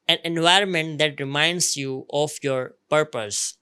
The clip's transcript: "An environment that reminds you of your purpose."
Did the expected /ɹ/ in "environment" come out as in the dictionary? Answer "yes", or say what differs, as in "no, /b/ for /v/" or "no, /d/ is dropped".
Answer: yes